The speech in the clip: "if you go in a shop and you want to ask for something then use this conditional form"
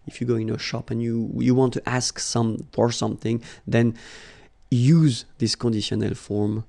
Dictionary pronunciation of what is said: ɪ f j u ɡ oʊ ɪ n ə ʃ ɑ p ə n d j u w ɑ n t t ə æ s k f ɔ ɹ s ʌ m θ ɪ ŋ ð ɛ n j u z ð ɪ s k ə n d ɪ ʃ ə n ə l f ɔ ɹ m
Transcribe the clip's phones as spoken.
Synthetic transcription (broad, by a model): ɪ f j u ɡ oʊ ɪ n ə ʃ ɑ p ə n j j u w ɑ n t t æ s k f ɔ ɹ s ʌ m θ ɪ ŋ ð ɛ n j u z ð ɪ s k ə n d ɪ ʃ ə n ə l f ɔ ɹ m